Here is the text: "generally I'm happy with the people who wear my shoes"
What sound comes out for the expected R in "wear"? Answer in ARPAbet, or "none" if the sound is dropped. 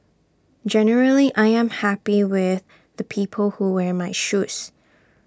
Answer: R